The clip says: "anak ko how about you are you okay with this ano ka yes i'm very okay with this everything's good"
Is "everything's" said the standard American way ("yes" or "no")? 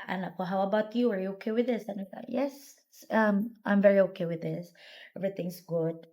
no